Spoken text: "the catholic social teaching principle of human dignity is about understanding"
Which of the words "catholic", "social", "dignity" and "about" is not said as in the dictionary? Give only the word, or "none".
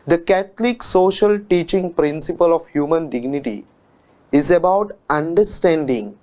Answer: catholic